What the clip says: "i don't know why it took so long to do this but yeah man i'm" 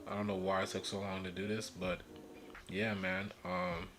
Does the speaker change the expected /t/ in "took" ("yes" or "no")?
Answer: yes